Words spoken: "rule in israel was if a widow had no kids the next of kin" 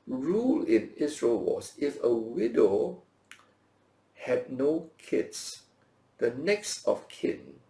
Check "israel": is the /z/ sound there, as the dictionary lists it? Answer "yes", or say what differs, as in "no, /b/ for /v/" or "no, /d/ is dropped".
no, /s/ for /z/